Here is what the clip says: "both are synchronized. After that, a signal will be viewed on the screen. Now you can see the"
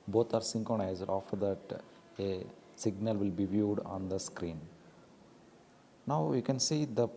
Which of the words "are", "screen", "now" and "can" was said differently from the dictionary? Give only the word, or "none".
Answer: none